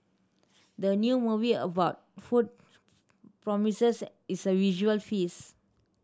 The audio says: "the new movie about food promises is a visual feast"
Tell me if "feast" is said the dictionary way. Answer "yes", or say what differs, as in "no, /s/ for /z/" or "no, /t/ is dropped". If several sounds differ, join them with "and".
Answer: no, /t/ is dropped